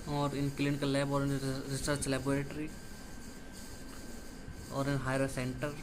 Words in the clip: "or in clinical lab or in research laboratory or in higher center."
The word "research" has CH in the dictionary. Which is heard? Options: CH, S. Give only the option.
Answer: S